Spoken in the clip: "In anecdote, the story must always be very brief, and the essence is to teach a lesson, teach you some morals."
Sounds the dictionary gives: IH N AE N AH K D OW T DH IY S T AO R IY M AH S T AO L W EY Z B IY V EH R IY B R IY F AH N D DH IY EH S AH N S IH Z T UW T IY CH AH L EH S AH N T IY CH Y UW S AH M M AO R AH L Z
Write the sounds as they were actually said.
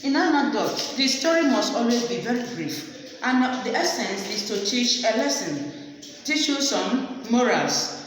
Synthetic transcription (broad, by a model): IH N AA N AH D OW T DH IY S T AO R IY M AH S T AO L W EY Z B IY V EH R IY B R IY F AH N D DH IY EH S AH N S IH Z T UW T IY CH AH L EH S AH N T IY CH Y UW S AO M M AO R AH L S